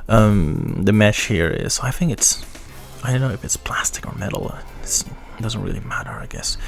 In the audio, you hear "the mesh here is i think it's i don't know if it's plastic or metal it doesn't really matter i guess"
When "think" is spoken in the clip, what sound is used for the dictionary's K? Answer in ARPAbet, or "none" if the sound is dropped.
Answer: K